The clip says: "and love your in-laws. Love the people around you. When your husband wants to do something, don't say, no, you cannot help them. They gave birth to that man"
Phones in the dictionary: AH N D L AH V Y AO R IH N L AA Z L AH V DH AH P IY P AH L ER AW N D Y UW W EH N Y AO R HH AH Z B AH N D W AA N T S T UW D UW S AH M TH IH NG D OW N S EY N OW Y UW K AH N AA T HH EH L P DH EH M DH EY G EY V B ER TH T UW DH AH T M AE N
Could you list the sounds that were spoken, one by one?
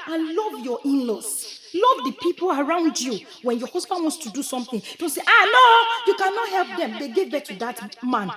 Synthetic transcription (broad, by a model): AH N L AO V Y AO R IH N L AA S L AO V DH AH P IY P AH L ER AW N D Y UW W EH N Y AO HH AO S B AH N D W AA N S T UW D UW S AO M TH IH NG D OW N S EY N OW Y UW K AH N AA T HH EH L P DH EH M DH EY G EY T B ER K T UW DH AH T M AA N